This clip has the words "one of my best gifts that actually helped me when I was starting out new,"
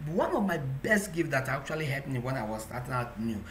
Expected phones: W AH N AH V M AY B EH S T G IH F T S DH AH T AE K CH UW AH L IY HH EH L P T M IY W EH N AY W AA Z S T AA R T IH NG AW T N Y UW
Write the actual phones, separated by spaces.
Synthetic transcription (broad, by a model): W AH N AH V M AY B EH S T G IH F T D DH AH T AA K CH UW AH L IY HH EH P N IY W EH N AY W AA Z S T AA T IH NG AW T N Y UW